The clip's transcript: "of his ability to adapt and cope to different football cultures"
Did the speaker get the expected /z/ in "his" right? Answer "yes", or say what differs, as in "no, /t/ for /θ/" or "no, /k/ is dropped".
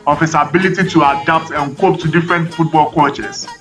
no, /s/ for /z/